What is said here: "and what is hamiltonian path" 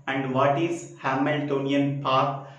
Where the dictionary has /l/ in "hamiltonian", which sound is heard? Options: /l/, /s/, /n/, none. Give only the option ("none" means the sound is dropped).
/l/